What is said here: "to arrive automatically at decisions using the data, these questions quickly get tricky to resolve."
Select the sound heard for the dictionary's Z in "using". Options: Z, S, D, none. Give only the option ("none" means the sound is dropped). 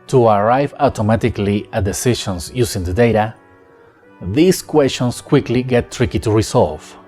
S